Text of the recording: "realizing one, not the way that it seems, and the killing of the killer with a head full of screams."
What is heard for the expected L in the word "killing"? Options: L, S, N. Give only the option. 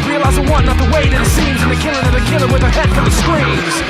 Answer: N